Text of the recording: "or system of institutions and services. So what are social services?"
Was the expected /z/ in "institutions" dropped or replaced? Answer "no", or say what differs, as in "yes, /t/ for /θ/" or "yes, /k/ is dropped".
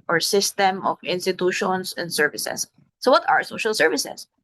yes, /s/ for /z/